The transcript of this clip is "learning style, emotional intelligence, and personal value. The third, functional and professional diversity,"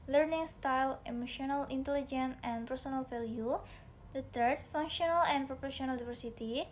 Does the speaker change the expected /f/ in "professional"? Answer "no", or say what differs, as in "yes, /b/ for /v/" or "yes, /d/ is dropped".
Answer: yes, /p/ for /f/